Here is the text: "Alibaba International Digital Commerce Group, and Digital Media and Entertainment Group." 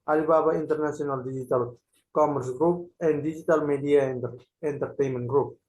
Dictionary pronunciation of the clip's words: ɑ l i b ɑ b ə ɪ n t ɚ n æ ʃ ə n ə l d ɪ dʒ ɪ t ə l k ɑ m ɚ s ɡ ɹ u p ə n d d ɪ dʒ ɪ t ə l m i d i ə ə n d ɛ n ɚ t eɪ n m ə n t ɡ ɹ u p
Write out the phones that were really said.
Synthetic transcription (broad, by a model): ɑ l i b ɑ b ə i n t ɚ n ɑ s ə n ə l d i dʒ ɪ t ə l k ɑ m ɚ s ɡ ɹ u p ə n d d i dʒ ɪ t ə l m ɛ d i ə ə n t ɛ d t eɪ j m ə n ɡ ɹ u p